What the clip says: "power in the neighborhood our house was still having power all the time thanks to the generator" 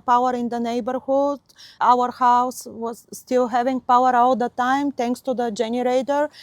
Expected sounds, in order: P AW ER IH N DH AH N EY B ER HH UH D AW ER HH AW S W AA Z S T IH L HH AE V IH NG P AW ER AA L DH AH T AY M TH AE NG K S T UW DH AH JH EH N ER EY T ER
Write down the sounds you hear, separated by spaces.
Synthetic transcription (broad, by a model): P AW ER IH N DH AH N EY B ER HH UH D AW ER HH AW S W AA Z S T IH L HH AE V IH NG P AW ER AA L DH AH T AY M T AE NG K S T UW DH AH JH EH N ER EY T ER